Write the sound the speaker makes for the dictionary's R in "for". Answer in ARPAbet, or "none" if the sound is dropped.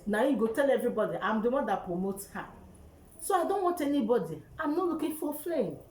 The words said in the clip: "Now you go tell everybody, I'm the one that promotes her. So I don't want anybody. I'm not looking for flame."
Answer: L